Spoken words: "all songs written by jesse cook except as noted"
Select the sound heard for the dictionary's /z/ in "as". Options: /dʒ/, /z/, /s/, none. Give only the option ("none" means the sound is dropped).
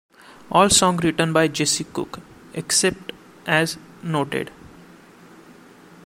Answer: /z/